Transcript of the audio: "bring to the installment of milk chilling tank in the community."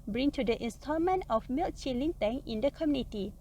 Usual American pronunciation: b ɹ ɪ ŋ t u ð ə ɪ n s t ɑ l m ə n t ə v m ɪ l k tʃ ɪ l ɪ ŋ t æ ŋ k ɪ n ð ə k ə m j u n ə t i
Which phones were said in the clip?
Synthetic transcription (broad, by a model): b ɹ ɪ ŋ t u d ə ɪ n s t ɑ m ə n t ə f m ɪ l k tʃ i l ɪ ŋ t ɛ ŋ ɪ n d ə k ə m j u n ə t i